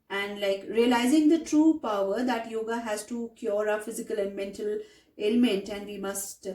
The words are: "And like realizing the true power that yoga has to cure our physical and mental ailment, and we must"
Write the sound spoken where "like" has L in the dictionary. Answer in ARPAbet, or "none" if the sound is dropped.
L